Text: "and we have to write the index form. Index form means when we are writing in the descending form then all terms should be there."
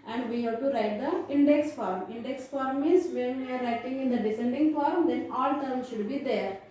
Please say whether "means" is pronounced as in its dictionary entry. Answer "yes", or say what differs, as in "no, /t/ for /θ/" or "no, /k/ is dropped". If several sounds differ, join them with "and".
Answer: no, /n/ is dropped